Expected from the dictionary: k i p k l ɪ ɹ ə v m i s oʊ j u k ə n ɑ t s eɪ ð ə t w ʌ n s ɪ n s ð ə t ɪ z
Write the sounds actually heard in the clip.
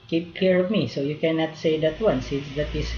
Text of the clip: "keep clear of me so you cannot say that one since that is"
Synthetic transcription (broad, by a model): k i p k i ɹ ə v m i s oʊ j u k ə n ɑ t s eɪ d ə t w ʌ n s ɪ n s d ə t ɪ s